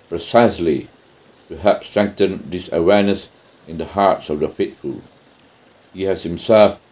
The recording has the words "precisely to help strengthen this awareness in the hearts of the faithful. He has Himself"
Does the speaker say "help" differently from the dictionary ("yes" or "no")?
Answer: yes